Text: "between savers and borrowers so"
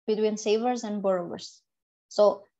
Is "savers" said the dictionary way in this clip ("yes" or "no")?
yes